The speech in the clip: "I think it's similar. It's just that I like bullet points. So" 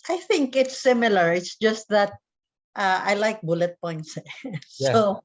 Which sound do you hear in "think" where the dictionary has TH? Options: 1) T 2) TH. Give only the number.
2